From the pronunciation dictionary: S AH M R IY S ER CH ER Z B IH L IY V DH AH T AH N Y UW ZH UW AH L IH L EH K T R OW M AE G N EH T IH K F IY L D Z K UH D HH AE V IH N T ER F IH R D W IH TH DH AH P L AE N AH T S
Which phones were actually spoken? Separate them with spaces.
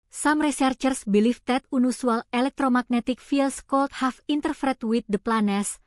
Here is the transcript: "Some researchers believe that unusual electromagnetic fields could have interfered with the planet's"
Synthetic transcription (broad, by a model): S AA M R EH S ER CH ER S B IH L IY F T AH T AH N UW S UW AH L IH L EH K T R OW M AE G N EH T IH K F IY L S K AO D HH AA F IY N T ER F R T W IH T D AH P L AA N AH S